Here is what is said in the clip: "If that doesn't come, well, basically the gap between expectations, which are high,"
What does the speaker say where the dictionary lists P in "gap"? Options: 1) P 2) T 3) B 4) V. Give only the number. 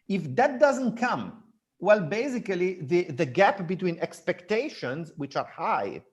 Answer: 1